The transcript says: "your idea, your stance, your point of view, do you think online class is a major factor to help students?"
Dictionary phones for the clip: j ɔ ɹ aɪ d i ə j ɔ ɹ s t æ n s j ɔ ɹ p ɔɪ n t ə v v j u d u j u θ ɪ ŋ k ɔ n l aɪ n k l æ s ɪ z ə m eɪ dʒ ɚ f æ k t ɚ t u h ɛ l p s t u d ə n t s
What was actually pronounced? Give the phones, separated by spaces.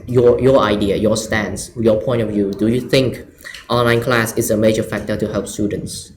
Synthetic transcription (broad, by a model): j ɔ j aɪ d i ə j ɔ s t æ n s j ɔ p ɔɪ n t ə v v j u d u j u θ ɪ ŋ k ɔ n l aɪ n k l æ s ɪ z ə m eɪ dʒ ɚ f æ k t ɚ t u h ɛ l p s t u d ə n t s